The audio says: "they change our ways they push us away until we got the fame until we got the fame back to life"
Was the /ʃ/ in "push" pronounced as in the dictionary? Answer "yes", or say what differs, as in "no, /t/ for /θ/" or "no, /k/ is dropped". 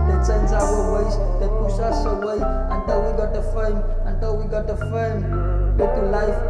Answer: no, /s/ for /ʃ/